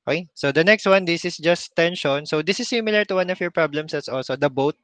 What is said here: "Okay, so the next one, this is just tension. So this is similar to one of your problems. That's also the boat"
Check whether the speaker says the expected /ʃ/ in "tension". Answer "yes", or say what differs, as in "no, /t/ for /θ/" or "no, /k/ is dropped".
yes